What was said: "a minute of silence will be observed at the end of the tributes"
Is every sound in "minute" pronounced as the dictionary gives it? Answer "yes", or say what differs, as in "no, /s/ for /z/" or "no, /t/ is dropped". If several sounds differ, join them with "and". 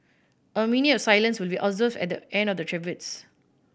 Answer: no, /t/ is dropped